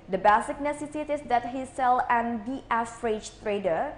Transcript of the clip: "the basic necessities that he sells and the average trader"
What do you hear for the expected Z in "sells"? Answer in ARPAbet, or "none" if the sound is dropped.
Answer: none